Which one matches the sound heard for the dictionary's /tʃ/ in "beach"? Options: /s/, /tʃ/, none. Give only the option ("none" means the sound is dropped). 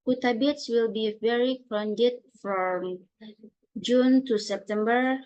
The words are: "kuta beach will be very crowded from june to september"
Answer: /s/